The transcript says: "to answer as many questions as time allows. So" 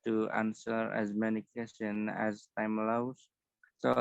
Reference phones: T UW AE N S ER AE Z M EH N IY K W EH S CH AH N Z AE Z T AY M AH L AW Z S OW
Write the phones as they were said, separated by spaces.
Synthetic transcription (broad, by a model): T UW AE N S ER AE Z M EH N IY K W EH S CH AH N AE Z T AY M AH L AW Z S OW